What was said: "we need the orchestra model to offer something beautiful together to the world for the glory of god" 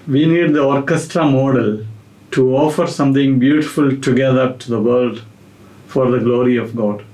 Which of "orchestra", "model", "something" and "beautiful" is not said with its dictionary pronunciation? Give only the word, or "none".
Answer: something